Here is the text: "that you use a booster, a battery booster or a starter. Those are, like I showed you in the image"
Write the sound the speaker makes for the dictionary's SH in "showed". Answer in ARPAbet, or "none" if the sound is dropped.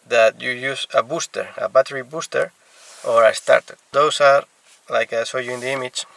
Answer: S